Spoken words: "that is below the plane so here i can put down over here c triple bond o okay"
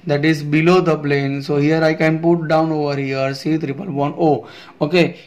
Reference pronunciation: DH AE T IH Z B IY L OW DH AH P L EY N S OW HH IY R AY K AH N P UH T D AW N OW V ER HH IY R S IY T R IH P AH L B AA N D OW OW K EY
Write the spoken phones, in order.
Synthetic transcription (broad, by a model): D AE T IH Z B IY L OW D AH P L EY N S OW HH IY R AY K AH N P UH T D AW N OW V ER HH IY R S IY T R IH P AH L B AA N OW OW K EY